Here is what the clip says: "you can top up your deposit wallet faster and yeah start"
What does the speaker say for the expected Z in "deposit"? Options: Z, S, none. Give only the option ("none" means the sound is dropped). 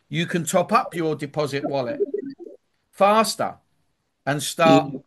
Z